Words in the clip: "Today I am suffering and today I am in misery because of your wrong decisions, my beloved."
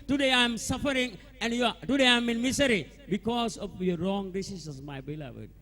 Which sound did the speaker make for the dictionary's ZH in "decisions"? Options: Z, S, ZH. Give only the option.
S